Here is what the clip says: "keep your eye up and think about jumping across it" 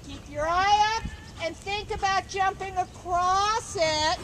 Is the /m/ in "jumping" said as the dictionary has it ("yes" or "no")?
yes